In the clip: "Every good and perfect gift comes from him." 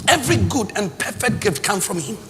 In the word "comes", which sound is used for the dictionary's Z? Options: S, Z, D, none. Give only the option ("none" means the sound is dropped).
none